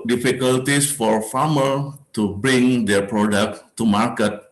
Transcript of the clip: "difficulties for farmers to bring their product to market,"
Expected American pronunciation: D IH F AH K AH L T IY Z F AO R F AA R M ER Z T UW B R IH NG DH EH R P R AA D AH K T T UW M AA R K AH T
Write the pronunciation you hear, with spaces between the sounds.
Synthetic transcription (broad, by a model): D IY F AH K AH L T IY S F AO R F AA M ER T UW B R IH NG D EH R P R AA D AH K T T UW M AA R K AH T